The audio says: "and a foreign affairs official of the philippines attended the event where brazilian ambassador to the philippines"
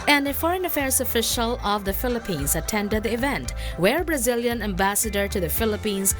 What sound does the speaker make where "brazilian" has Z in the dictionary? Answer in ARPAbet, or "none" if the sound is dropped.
Z